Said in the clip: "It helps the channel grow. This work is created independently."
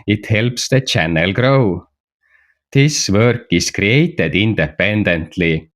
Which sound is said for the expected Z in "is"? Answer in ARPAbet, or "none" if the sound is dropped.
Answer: S